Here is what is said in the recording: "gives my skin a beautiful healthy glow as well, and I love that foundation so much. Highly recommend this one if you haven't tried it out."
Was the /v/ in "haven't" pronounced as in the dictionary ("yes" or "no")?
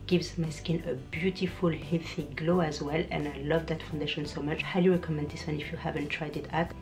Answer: yes